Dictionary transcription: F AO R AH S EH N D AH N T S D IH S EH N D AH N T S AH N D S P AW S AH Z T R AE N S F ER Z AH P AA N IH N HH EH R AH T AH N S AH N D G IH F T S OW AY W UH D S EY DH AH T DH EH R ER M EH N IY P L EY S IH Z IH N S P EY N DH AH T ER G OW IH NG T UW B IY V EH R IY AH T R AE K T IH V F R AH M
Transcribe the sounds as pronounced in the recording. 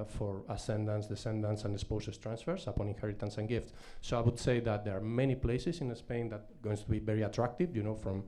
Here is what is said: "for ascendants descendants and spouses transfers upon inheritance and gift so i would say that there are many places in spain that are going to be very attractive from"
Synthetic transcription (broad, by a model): F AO R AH S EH N D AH N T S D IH S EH N D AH N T S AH N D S P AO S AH S T R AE N S F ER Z AH P AA N IH N HH EH R AH T AH N S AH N G IH F T S OW AY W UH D S EY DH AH T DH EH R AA M EH N IY P L EY S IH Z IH N S P EY N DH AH T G OW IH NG T UW B IY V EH R IY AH T R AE K T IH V F R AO M